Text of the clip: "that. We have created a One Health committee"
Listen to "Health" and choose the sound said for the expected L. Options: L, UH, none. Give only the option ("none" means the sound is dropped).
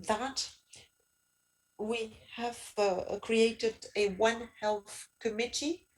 L